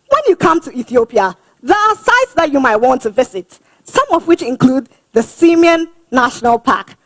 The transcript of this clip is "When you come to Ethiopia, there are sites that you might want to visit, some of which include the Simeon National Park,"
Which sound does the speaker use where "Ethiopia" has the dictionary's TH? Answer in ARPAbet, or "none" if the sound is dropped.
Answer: TH